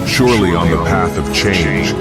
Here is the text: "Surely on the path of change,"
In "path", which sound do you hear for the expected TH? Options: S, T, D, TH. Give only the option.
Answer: TH